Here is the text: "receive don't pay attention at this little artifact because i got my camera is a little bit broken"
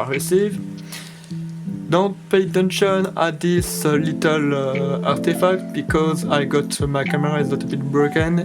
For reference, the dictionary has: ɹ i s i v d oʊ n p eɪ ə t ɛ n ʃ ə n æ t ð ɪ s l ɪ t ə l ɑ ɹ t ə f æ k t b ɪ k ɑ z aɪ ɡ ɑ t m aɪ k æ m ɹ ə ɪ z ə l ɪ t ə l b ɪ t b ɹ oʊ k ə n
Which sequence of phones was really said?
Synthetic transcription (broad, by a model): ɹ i s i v d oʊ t p eɪ ə t ɛ n ʃ ə n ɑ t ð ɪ s l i t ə l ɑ ɹ t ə f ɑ k t b ɪ k ɑ z aɪ ɡ ɑ t m aɪ k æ m ɹ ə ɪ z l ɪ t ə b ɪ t b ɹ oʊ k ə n